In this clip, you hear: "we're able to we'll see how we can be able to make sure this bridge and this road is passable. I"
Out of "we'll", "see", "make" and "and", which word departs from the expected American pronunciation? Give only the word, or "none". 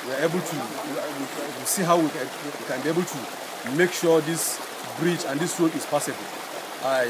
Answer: we'll